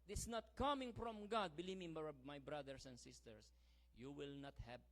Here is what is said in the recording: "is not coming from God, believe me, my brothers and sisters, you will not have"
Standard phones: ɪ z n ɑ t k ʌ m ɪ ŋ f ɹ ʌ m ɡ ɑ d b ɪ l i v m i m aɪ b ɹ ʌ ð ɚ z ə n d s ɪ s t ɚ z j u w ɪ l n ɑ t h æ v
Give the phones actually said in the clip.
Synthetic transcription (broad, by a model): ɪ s n ɑ t k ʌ m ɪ ŋ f ɹ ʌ m ɡ ɑ d b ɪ l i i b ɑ m aɪ b ɹ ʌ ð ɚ s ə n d s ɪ s t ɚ s j u w ɪ l n ɑ t h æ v